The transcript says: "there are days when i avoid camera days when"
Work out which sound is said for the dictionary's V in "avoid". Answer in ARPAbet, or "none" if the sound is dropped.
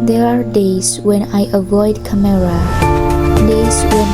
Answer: V